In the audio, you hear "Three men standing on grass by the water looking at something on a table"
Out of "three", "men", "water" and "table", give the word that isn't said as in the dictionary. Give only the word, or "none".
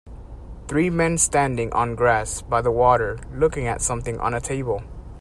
none